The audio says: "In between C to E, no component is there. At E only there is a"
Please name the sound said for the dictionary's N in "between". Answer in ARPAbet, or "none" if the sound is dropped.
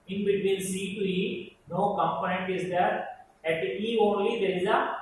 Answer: L